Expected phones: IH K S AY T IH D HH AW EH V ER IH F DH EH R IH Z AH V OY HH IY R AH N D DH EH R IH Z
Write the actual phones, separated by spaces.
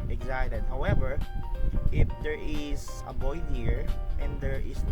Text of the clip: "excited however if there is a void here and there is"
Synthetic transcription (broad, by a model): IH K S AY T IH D HH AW EH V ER IH F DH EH R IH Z AH B OY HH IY R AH N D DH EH R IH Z